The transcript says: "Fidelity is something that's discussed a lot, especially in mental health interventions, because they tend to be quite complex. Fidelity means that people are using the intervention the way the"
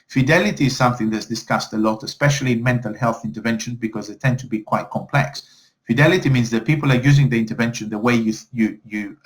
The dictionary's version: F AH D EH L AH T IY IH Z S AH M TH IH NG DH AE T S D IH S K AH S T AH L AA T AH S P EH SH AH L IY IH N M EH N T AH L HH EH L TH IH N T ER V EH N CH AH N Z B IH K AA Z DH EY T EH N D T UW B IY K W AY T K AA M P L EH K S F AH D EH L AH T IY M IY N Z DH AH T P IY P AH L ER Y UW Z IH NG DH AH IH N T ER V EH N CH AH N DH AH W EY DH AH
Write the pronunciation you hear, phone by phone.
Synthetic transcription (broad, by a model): F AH D EH L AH T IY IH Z S AH M TH IH NG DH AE T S D IH S K AH S T AH L AA T AH S P EH SH AH L IY IH N M EH N T AH L HH EH L TH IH N T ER V EH N SH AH N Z B IH K AA Z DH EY T EH N D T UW B IY K W AY T K AA M P L EH K S F AH D EH L AH T IY M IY N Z DH AH T P IY P AH L ER Y UW Z IH NG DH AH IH N T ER V EH N SH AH N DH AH W EY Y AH